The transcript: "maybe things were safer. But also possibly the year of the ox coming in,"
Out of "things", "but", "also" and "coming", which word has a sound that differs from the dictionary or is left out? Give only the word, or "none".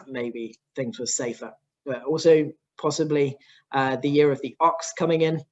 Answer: none